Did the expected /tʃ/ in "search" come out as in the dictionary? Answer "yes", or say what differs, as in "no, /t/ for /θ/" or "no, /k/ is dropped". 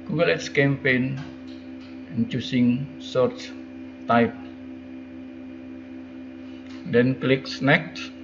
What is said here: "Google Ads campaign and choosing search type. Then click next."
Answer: no, /s/ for /tʃ/